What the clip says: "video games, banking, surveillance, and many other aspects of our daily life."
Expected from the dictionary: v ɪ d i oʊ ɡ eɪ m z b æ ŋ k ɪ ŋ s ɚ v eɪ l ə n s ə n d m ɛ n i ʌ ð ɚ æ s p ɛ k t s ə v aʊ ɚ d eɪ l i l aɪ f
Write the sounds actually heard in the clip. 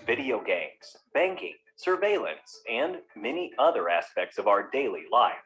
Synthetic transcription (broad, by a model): v ɪ d i oʊ ɡ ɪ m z b æ ŋ k ɪ ŋ s ɚ v eɪ l ə n s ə n m ɛ n i ʌ ð ɚ æ s p ɛ k t s ə v aʊ ɚ d eɪ l i l aɪ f